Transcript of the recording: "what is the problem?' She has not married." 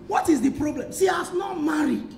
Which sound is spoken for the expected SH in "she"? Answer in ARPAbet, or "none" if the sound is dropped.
S